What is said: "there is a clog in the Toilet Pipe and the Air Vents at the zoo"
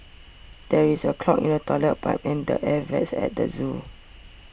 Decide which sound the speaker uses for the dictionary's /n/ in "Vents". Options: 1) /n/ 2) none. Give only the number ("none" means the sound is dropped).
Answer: 2